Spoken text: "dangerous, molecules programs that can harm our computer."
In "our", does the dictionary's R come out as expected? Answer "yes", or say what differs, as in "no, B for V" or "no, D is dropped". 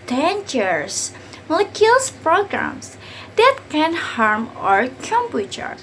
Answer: yes